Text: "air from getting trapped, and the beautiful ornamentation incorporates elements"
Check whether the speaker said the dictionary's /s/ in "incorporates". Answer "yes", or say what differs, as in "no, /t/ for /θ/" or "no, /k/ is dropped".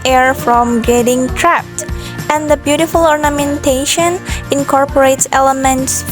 yes